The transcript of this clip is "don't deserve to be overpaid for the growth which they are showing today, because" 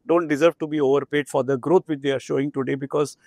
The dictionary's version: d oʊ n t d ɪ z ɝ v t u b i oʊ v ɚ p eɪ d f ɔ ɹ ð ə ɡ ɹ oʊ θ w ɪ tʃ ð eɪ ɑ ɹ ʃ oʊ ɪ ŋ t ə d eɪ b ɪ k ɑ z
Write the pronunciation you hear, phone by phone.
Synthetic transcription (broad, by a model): d oʊ n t d ɪ z ɝ v t u b i oʊ v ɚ p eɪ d f ɔ ɹ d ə ɡ ɹ oʊ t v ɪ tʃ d eɪ ɑ ɹ ʃ oʊ ɪ ŋ t ə d eɪ b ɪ k ɑ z